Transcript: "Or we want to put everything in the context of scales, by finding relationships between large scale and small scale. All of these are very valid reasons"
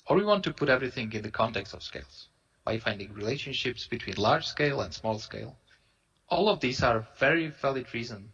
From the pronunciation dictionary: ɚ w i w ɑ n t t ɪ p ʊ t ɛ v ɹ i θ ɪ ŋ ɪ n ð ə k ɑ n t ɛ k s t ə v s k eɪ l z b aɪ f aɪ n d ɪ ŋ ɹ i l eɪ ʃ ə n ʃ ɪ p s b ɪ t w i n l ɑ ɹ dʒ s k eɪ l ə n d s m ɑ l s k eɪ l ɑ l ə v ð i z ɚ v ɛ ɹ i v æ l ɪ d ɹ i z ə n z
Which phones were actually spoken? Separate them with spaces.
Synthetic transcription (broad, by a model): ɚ w i w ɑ n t t ɪ p ʊ t ɛ v ɹ i θ ɪ ŋ ɪ n ð ə k ɑ n t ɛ k s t ə v s k eɪ l z b aɪ f aɪ n d ɪ ŋ ɹ i l eɪ ʃ ə n ʃ ɪ p s b ɪ t w i n l ɑ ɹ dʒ s k eɪ l ə n d s m ɑ l s k eɪ l ɑ l ə v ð i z ɚ v ɛ ɹ i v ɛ l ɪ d ɹ i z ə n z